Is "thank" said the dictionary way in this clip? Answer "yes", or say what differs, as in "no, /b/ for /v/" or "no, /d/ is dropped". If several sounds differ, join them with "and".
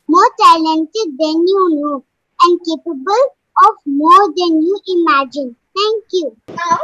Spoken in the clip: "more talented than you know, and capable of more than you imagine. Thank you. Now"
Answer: no, /t/ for /θ/